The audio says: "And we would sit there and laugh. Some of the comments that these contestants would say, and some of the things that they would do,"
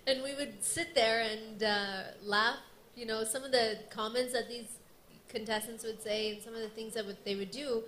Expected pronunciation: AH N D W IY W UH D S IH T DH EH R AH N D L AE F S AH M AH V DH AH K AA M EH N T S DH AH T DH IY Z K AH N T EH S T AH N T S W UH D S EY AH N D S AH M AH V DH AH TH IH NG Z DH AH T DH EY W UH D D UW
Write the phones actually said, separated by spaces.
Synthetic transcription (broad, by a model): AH N W IY W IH D S IH T DH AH R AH N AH L AE F S AH M AH V DH AH K AA M EH N T S DH AH T DH IY Z K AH N T EH S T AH N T S W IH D S EY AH N S AH M AH V DH AH TH IH NG Z DH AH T DH EY W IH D D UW